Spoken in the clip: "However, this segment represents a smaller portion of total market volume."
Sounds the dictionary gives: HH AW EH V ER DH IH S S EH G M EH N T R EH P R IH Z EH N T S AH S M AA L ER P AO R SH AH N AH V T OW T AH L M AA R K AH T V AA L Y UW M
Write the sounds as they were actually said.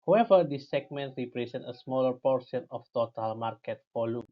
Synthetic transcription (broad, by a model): HH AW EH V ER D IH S S EH G M EH N T R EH P R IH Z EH N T AH S M AA L ER P AO R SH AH N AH F T OW T AH L M AA R K AH T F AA L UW